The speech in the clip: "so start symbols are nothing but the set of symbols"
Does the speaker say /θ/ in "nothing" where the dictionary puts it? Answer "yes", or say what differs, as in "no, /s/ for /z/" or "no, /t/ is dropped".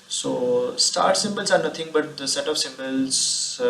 no, /t/ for /θ/